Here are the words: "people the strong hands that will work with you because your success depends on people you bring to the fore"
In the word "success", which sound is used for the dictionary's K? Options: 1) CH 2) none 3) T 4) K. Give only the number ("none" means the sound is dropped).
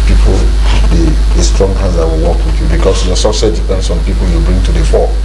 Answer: 2